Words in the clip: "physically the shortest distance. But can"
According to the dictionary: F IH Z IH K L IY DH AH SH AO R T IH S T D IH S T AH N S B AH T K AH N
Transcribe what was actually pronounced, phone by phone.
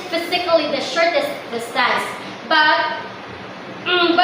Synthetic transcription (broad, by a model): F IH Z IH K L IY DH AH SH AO R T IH S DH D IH S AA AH S B AH T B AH